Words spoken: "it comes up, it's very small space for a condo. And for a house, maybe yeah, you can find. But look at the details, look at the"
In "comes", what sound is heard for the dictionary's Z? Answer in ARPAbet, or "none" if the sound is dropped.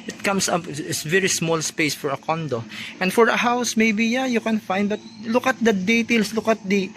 S